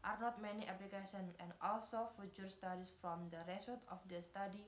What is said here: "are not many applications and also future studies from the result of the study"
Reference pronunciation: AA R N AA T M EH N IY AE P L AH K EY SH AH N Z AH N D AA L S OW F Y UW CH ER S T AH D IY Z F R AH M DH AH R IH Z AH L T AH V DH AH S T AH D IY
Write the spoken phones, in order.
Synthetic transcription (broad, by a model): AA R N AA T M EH N IY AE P L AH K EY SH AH N AH N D AA L S OW F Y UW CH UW S T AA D IY S F R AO M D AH R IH S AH T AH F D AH S T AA D IY